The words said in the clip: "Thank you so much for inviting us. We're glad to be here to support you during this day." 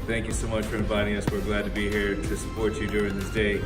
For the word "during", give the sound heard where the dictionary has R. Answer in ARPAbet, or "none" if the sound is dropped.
R